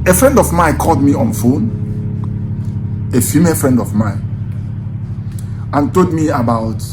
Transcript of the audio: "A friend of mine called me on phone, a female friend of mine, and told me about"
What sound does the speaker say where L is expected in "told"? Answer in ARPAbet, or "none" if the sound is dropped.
none